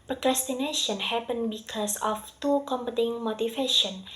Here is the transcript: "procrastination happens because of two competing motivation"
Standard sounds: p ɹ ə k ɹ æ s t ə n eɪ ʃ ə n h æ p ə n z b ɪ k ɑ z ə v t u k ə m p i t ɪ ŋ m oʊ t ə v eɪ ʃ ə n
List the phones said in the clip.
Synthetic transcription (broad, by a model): p ɹ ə k ɹ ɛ s t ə n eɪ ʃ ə n h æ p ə n b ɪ k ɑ s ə f t u k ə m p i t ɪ ŋ m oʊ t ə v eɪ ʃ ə n